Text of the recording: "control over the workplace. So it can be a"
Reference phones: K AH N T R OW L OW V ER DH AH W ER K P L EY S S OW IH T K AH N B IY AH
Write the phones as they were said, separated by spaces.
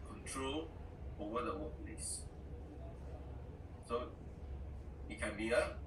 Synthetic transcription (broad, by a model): K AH N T R OW L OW ER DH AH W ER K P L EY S S OW IH T K AH N B IY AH